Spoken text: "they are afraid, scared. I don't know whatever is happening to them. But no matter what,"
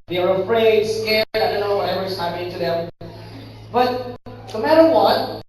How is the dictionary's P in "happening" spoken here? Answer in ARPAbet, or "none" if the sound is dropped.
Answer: none